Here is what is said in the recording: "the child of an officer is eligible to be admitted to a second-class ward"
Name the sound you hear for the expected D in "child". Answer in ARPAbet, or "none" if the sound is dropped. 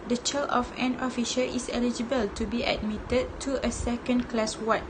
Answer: none